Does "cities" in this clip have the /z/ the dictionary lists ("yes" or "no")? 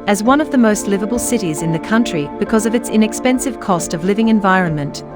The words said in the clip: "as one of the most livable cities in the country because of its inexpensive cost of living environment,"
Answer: yes